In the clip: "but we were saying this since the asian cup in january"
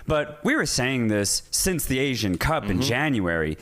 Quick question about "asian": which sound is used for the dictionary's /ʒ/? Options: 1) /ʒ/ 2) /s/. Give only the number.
1